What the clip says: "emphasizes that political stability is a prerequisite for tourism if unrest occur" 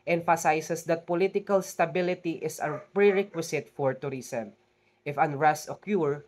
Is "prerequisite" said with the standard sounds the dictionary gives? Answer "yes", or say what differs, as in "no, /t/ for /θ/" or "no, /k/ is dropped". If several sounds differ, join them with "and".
no, /s/ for /z/